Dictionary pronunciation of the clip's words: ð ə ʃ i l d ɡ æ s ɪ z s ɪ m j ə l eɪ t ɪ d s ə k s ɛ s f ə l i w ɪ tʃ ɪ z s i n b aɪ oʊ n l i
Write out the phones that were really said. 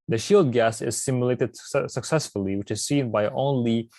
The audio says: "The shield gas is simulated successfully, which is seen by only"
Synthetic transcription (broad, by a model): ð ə ʃ i l d ɡ æ s ɪ z s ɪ m j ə l eɪ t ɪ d s ə k s ɛ s f ə l i w ɪ tʃ ɪ z s i n b aɪ oʊ n l i